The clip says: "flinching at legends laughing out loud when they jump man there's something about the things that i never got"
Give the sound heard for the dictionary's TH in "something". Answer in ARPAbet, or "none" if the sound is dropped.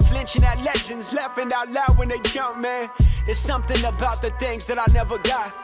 TH